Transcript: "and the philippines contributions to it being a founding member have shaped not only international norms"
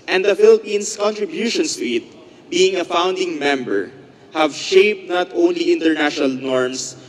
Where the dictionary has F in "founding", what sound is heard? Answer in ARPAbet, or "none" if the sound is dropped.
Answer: F